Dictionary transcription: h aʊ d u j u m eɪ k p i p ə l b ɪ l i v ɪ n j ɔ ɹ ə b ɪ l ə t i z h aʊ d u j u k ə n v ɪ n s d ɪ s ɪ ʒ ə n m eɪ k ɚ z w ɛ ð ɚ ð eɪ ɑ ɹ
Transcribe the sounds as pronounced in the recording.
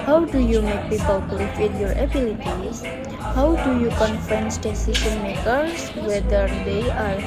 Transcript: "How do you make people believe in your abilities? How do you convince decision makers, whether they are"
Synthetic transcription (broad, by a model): h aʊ d u j u m eɪ k b i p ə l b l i w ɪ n j ɔ ɹ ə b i l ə t i h aʊ d u j u k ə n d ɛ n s d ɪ s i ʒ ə n m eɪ k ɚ s w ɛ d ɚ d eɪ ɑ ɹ